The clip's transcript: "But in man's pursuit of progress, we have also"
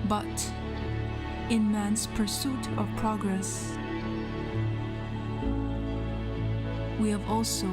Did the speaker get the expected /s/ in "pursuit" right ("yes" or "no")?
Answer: yes